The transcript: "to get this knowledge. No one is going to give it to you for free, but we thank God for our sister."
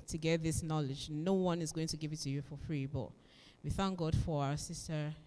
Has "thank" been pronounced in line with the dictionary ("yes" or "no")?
yes